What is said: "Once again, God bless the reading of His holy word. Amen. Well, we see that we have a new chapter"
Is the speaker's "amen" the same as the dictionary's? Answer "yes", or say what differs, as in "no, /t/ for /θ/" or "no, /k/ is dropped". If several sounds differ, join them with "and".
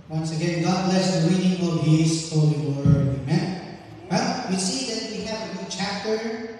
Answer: yes